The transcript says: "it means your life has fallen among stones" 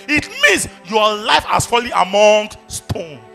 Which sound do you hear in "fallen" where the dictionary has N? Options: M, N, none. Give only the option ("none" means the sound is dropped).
none